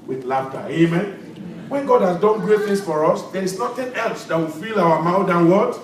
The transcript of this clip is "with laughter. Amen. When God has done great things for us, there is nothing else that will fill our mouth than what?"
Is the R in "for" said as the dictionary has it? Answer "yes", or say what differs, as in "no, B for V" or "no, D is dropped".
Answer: yes